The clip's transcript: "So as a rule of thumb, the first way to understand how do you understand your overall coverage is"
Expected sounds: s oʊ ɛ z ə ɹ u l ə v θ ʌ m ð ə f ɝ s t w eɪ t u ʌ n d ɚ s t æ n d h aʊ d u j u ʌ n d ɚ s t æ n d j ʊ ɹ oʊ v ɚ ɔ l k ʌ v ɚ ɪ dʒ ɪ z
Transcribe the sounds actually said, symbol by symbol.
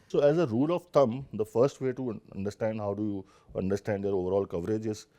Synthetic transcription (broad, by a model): s oʊ ɛ z ə ɹ u l ə v t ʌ m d ə f ɝ s t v eɪ t u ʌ n d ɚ s t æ n d h aʊ d u j u ʌ n d ɚ s t æ n d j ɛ ɹ oʊ v ɚ ɔ l k ʌ v ɚ ɪ dʒ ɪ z